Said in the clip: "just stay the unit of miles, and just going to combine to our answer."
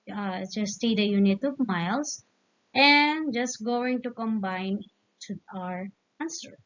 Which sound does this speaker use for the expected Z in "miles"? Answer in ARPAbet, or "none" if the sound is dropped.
S